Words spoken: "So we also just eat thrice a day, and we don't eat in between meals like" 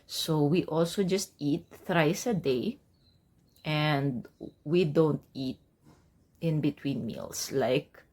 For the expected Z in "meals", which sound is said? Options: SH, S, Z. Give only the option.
S